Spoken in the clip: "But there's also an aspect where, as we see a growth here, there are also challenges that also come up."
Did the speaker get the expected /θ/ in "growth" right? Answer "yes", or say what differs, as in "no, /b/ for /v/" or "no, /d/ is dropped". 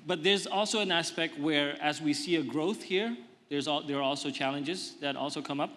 yes